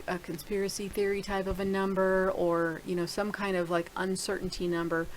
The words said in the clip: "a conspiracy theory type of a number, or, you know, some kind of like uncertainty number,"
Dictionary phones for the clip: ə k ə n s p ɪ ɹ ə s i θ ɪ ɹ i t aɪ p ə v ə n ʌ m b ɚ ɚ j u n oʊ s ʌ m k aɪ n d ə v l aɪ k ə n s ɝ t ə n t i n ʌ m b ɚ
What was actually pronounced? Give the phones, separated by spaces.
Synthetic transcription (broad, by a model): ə k ə n s p ɪ ɹ ə s i θ ɪ ɹ i t aɪ p ə v ə n ʌ m b ɚ ɚ j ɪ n oʊ s ʌ m k aɪ n d ə v l aɪ k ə n s ɝ t n t i n ʌ m b ɚ